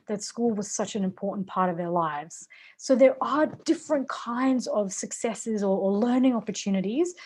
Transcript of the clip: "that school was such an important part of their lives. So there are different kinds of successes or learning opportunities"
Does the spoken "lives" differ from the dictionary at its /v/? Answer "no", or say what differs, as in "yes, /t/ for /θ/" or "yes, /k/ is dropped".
no